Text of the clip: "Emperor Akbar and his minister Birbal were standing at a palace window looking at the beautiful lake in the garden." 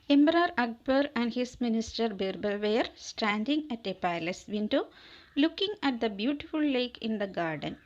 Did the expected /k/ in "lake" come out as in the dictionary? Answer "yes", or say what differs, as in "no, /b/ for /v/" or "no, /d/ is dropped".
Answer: yes